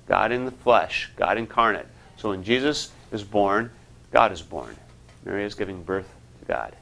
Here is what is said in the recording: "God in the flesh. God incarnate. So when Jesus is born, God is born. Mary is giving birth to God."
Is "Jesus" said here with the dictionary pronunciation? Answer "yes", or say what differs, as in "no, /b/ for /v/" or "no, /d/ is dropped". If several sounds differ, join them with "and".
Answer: yes